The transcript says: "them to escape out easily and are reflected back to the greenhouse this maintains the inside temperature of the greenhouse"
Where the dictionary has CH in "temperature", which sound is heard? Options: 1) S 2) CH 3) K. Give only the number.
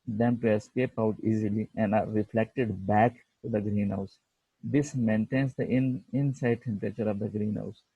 2